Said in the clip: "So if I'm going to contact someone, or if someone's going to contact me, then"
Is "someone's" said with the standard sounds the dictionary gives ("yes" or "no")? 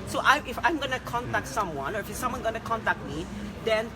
no